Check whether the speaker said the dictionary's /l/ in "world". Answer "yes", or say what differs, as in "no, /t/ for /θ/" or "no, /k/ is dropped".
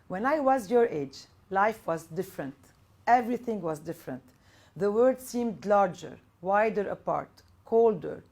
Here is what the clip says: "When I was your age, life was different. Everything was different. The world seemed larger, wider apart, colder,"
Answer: no, /l/ is dropped